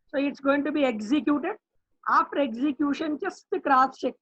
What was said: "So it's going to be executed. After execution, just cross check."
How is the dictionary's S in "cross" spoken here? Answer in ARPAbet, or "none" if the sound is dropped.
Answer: none